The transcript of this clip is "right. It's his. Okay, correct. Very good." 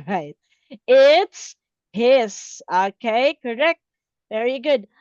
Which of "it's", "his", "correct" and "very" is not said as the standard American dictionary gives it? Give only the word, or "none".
his